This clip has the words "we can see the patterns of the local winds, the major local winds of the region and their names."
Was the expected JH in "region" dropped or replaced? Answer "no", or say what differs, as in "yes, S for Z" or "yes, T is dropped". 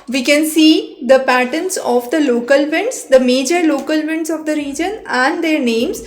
no